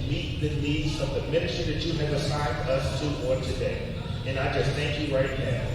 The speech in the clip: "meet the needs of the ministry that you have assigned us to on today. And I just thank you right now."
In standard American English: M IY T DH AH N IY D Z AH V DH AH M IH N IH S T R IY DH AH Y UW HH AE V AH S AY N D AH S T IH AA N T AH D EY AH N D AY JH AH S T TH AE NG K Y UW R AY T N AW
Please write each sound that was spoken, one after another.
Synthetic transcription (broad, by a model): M IY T DH AH N IY D Z AH V DH AH M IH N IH S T R DH AH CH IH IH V AH S AY N D AH S T IH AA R T AH D EY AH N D AY JH AH S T TH AE NG K Y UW R AY T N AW